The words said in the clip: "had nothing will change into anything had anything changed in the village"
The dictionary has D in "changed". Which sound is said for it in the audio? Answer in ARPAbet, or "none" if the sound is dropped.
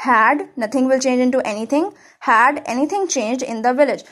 D